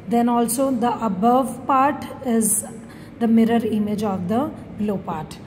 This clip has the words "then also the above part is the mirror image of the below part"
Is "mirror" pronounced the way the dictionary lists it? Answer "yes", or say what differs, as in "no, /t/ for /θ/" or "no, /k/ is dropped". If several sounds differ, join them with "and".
yes